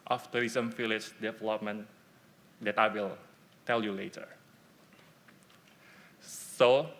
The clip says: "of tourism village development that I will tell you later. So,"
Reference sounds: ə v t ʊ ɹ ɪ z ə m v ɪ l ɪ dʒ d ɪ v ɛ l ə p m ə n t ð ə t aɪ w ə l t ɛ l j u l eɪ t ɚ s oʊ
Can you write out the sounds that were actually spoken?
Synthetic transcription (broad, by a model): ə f t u ɹ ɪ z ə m f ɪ l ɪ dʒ d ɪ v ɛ l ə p m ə n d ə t aɪ w ə l t ɛ l j u l eɪ t ɚ s oʊ